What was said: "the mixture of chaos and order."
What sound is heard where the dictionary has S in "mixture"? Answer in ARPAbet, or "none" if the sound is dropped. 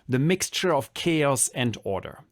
S